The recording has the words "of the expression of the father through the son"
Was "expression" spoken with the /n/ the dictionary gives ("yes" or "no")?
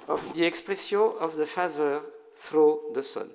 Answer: no